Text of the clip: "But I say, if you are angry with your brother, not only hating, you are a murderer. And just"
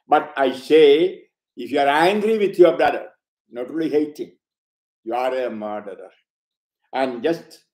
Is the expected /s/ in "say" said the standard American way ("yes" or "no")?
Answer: yes